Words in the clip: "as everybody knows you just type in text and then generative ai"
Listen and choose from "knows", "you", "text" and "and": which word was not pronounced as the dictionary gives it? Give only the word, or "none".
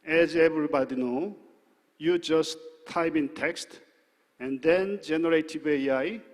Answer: knows